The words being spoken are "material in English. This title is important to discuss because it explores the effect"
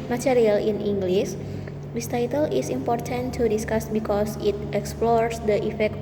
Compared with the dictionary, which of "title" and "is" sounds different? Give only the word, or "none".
is